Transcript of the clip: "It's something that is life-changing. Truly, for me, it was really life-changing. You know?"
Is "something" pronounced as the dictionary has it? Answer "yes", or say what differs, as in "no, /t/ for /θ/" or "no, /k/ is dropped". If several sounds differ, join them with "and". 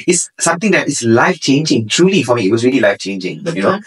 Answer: no, /t/ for /θ/